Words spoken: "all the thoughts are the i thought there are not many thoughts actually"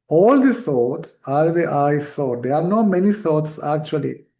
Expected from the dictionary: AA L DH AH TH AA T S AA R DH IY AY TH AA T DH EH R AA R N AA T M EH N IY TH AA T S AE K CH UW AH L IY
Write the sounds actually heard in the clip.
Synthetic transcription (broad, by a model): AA L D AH S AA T S AA R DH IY AY S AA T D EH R AA R N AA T M EH N IY S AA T S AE K CH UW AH L IY